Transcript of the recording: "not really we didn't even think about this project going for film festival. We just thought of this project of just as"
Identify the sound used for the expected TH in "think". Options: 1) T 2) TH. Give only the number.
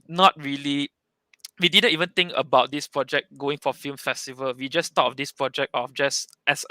1